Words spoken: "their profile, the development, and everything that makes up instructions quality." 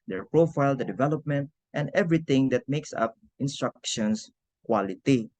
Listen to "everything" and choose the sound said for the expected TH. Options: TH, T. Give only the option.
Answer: T